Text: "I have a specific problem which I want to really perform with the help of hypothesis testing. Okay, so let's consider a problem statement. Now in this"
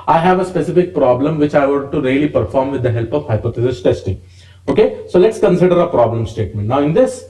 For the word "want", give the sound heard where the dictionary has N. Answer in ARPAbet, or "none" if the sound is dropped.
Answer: none